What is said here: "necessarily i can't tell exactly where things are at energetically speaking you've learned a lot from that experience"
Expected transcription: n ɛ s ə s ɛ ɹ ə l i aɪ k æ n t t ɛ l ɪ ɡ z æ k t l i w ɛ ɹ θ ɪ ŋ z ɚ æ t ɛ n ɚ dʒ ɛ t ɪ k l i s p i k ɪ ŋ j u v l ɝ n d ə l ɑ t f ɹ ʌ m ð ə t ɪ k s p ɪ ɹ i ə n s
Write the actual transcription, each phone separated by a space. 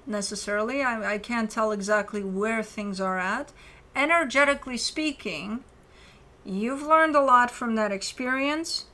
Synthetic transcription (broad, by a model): n ɛ s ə s ɛ ɹ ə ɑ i aɪ k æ n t t ɛ l ɪ ɡ z æ k t l i w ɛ ɹ θ ɪ ŋ z ɚ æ t ɛ n ɚ dʒ ɛ t ɪ k l i s p i k ɪ ŋ j u v l ɝ n d ə l ɑ t f ɹ ʌ m ð ə t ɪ k s p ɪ ɹ i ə n s